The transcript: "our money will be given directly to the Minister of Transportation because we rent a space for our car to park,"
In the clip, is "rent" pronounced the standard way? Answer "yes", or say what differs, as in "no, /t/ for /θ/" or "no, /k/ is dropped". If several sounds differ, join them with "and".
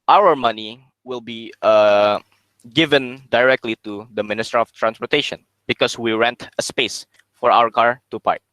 yes